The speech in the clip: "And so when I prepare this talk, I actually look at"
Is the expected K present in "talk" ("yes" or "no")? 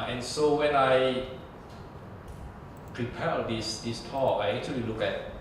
no